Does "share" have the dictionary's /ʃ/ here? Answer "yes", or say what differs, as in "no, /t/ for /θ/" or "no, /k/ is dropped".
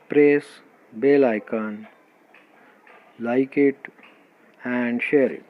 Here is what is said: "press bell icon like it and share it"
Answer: yes